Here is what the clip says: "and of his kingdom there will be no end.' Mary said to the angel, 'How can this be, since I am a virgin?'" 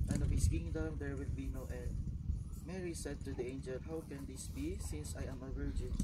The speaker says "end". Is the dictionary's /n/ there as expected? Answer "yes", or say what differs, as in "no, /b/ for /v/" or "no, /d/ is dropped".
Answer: no, /n/ is dropped